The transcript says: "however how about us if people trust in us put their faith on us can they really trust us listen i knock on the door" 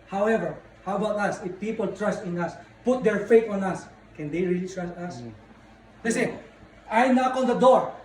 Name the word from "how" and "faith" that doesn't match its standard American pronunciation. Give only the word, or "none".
faith